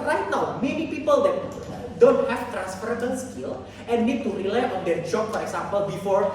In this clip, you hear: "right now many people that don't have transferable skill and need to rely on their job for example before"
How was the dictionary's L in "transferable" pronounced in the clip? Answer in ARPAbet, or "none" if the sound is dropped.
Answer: N